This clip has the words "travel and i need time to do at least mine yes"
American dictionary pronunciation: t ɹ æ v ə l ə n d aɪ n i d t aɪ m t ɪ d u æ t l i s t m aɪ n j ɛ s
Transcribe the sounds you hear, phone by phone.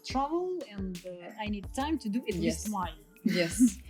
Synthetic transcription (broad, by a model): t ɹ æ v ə l ə n d aɪ n i d t aɪ m t ɪ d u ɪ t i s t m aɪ l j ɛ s